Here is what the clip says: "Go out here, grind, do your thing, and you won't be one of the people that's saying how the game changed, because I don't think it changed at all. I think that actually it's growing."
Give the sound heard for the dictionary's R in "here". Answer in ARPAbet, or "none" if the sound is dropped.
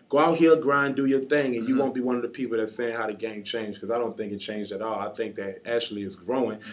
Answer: L